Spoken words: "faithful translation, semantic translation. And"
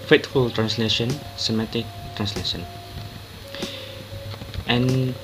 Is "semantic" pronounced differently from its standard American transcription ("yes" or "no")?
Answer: yes